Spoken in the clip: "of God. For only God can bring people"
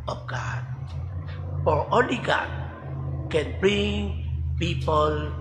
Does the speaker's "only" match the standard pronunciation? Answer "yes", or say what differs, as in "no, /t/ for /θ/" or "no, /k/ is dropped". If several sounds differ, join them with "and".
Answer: no, /n/ is dropped